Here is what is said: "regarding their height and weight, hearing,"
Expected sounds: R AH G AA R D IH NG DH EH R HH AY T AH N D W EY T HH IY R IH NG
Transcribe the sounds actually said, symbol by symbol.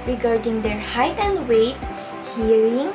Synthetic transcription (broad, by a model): R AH G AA R D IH NG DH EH R HH AY T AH N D W EY T HH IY R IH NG